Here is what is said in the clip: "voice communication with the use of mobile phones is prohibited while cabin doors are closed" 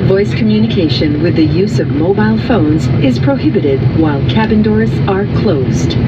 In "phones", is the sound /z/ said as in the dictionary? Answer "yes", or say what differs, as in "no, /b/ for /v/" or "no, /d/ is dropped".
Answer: yes